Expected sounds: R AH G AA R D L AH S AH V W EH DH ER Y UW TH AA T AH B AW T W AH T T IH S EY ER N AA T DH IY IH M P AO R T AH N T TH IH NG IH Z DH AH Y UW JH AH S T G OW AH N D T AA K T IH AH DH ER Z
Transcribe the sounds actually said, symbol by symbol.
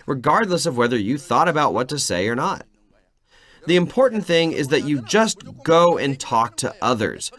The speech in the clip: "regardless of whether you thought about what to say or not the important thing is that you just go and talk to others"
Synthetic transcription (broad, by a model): R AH G AA R D L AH S AH V W EH DH ER Y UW TH AA T AH B AW T W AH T T IH S EY ER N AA T DH IY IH M P AO R T N TH IH NG IH Z DH AH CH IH JH AH S T G OW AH N T AA K T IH AH DH ER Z